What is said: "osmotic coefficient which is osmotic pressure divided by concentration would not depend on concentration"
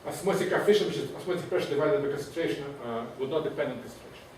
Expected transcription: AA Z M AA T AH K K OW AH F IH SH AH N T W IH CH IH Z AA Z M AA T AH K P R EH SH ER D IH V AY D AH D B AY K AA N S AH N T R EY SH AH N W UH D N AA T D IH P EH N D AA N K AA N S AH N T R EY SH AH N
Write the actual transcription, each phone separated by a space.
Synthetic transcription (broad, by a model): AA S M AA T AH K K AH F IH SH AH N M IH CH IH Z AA S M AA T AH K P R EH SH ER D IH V AY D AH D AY K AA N S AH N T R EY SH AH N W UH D N AA T D IH P EH N D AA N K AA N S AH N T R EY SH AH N